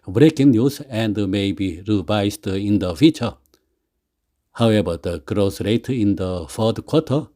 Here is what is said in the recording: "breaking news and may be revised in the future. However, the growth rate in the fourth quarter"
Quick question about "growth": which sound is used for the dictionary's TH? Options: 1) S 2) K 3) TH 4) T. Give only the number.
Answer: 1